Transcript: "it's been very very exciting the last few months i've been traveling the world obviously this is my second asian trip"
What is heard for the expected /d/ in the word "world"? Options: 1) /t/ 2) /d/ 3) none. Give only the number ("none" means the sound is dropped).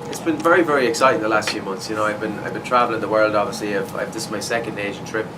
2